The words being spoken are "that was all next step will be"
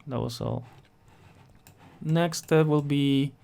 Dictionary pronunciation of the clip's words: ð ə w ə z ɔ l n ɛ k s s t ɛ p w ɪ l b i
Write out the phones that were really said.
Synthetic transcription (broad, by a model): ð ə s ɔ n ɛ k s s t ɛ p w ɪ l b i